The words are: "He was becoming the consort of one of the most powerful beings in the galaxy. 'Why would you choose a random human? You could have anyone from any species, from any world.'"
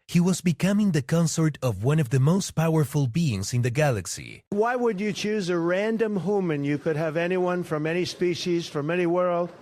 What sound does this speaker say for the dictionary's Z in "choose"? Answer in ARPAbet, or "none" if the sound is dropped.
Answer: Z